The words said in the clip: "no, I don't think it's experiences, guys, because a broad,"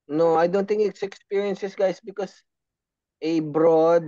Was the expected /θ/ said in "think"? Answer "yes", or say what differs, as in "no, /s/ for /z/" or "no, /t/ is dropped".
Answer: no, /t/ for /θ/